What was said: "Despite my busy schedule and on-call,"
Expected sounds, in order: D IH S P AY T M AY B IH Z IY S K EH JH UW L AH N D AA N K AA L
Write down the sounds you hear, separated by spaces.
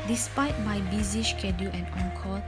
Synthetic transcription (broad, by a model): D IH S P AY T M AY B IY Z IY SH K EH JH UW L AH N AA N K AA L